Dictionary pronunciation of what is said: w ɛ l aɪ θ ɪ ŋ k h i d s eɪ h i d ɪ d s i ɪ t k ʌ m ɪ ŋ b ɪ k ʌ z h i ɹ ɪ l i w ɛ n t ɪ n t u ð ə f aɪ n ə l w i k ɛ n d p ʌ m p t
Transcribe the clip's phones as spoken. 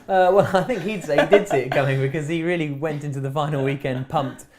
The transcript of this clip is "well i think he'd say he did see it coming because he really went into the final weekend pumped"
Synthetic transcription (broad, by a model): w ɛ l aɪ θ ɪ ŋ k h i d s eɪ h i d ɪ d s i ɪ t k ʌ m ɪ ŋ b ɪ k ʌ z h i ɹ ɪ l i w ɛ n t ɪ n t u ð ə f aɪ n l w i k ɛ n d p ʌ m p t